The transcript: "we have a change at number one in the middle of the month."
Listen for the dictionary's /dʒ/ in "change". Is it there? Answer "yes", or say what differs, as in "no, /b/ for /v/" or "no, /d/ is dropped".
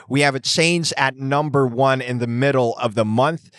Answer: no, /z/ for /dʒ/